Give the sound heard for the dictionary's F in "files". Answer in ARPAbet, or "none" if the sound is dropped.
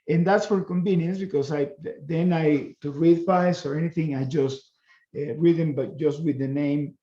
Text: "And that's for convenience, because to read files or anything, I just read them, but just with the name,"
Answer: P